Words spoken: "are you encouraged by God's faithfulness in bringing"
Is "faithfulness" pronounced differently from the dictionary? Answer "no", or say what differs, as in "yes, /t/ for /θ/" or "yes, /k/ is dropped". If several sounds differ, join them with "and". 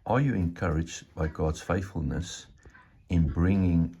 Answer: no